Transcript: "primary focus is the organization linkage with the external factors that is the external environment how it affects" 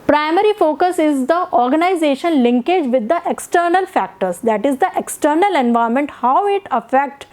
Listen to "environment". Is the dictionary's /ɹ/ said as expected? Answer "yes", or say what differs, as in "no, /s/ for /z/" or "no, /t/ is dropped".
no, /ɹ/ is dropped